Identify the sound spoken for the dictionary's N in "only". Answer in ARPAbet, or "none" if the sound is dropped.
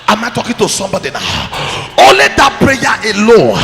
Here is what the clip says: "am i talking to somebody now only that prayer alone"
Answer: none